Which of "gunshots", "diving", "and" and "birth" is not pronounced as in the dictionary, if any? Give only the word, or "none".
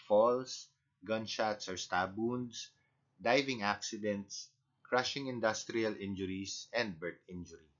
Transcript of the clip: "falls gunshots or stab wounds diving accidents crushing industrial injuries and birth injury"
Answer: birth